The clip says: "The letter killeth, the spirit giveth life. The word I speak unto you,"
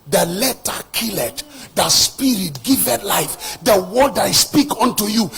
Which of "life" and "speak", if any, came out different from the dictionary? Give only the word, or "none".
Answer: none